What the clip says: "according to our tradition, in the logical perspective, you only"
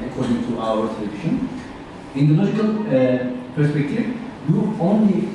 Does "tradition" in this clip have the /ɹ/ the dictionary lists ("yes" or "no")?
no